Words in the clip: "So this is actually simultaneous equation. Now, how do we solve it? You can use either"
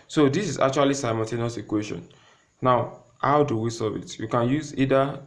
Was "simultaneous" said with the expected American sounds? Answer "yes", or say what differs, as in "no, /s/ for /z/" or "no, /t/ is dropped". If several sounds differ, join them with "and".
no, /n/ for /l/